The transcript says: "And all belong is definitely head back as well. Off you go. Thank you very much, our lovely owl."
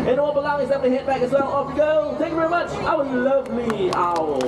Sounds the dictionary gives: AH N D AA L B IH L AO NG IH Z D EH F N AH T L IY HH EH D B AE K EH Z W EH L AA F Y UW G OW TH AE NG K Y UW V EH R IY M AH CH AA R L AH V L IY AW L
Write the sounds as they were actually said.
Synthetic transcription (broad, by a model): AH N AA L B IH L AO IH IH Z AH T IY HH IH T B AE K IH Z W EH L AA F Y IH G OW TH AE NG K Y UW V EH R IY M AH CH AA W L AH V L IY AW